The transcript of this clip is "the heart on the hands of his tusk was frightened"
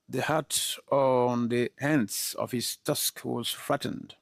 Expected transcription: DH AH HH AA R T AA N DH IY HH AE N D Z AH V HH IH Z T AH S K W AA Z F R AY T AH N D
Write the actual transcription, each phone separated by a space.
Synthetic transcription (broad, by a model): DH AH HH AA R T AA N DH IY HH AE N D S AH V HH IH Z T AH S K W AA Z F R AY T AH N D